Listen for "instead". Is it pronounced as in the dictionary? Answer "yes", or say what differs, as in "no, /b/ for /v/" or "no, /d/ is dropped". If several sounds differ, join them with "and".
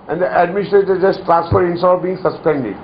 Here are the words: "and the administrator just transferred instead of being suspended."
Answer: no, /d/ is dropped